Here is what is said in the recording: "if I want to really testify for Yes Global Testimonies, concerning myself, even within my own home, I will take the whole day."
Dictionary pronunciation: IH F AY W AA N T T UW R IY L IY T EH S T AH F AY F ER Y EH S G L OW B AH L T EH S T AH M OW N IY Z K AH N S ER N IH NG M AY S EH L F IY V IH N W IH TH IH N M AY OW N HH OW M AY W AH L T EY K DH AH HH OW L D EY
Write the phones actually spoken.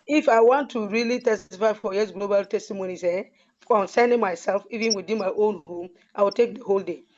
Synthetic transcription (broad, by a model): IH F AY W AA N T T UW R IY L IY T EH S T AH F AY F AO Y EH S G L OW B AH L T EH S T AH M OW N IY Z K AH N S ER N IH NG M AY S EH L F IY V IH N W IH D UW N M AY OW N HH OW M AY W AH L T EY K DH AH HH OW L D EY